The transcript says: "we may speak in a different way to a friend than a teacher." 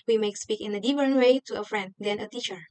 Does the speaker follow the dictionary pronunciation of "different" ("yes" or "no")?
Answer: no